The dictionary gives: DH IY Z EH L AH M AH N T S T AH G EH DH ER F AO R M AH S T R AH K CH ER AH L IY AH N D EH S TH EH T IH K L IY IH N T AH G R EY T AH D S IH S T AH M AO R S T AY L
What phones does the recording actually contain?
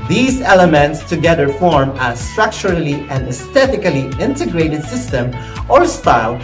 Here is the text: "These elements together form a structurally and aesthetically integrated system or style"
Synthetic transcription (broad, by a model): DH IY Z EH L AH M AH N T S T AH G EH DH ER F AO R M AH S T R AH K CH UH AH L IY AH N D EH S T EH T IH K L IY IH N T AH G R EY T AH D S IH S T AH M AO R S T AY L